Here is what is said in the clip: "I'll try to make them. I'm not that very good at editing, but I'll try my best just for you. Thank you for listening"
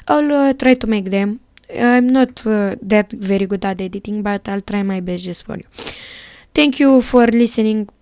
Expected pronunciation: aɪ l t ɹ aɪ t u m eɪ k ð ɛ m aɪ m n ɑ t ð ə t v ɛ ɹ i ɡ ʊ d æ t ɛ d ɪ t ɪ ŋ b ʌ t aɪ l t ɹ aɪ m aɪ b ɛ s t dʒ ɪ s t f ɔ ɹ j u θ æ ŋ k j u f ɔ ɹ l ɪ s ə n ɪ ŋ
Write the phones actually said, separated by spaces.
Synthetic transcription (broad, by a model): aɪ l t ɹ aɪ t u m eɪ k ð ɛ m aɪ m n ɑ t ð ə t v ɛ ɹ i ɡ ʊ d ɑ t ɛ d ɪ t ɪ ŋ b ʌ t aɪ l t ɹ aɪ m aɪ b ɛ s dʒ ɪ s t f ɔ ɹ j u t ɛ ŋ k j u f ɔ ɹ l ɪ s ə n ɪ ŋ